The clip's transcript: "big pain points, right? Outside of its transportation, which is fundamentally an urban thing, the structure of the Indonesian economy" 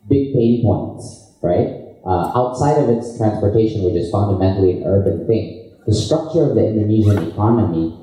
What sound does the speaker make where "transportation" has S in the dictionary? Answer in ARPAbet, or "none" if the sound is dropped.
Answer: S